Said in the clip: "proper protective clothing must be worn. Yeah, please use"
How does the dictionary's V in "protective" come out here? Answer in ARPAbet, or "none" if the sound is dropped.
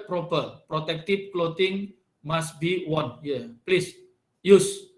P